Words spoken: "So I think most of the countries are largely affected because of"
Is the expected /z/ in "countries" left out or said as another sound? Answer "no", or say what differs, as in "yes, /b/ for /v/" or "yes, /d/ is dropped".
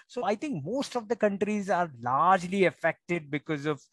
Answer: no